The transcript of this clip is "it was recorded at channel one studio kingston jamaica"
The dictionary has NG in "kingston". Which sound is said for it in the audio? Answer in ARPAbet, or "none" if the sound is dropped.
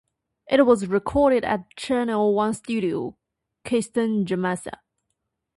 none